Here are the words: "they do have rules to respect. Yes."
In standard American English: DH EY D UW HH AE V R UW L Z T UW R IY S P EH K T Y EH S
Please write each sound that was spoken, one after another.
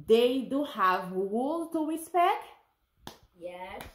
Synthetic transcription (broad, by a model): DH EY D UW HH AE V W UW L T UW R IY S P EH K T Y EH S